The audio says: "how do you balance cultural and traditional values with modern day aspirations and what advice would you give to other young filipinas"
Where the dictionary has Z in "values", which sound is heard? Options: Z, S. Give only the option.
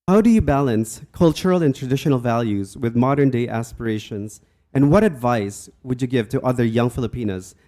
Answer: Z